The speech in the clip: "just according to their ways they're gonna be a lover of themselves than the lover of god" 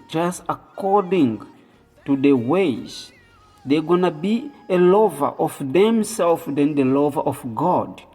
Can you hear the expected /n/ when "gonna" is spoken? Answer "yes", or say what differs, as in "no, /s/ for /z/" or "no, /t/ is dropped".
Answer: yes